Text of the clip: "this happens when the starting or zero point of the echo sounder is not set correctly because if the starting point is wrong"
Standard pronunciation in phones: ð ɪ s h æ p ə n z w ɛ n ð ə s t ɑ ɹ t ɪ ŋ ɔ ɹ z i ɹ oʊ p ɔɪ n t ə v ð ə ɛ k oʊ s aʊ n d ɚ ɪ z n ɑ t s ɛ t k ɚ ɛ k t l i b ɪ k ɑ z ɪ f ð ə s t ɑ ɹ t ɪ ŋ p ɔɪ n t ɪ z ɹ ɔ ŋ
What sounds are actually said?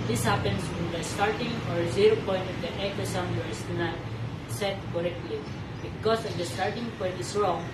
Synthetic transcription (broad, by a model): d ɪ s h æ p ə n s w ɛ n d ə s t ɑ ɹ t ɪ ŋ ɔ ɹ z i ɹ oʊ p ɔɪ n t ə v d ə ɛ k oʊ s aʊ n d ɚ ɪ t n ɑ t s ɛ t k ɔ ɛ k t l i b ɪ k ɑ s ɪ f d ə s t ɑ ɹ t ɪ ŋ p ɔɪ n t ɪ s ɹ ɔ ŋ